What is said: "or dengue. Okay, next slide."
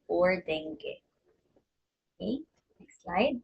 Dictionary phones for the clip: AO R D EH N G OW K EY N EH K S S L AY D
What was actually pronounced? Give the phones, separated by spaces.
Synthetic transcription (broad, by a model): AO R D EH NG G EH EY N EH K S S L AY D